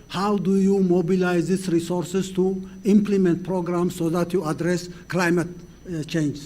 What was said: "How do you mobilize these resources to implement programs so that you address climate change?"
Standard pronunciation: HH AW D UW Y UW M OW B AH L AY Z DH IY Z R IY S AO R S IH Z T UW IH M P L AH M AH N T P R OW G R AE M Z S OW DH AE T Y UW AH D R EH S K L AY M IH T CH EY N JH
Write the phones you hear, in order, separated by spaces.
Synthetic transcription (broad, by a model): HH AW D UW Y UW M OW B AH L AY Z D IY S R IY S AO R S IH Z T UW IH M P L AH M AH N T P R OW G R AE M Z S OW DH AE T Y UW AH D R EH S K L AY M IH T CH EY N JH